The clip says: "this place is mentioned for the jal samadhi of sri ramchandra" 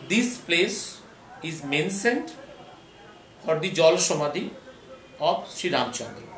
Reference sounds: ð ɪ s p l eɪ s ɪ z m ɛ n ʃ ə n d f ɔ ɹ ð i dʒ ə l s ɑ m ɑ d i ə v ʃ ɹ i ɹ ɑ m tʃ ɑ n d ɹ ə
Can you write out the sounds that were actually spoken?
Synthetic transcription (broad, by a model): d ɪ s p l eɪ s ɪ z m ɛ n s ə n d f ɔ ɹ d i dʒ ə l ʃ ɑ m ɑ d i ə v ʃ ɹ i ɹ ɑ m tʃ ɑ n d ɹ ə